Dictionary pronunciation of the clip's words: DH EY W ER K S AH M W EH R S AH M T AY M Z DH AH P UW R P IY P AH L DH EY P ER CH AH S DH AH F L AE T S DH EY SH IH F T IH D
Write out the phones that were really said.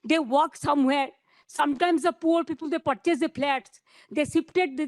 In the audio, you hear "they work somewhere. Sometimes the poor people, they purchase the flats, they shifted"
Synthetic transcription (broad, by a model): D EY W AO K S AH M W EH R S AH M T AY M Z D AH P UW R P IY P AH L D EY P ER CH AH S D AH P L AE T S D EY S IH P T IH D